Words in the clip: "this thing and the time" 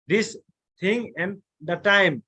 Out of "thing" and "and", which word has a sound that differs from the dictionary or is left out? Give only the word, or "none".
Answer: thing